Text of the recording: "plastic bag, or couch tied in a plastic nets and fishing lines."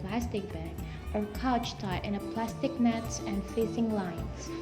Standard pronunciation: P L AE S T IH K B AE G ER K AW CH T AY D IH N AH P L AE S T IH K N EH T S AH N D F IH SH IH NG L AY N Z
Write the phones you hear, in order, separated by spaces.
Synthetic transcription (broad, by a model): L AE S T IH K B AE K ER K AW CH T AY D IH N AH P L AE S T IH K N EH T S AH N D F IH S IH NG L AY N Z